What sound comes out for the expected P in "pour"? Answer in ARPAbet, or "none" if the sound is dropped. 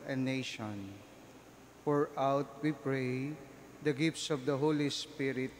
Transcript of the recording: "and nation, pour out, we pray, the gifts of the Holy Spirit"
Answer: F